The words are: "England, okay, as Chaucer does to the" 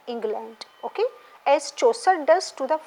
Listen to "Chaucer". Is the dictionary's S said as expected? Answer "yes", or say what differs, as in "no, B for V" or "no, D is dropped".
yes